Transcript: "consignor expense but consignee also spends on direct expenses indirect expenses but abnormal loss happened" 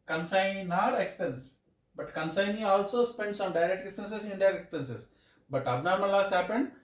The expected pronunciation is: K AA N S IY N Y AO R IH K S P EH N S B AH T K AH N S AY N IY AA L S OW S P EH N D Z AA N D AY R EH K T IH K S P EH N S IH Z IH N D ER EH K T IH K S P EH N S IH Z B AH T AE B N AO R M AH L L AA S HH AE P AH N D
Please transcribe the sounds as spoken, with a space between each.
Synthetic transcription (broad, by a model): K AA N S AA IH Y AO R IH K S P EH N S B AH T K AH N S AY N IY AA L S OW S P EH N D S AA N D AY R EH K T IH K S P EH N S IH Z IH N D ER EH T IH K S P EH N S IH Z B AH T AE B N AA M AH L L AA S HH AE P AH N D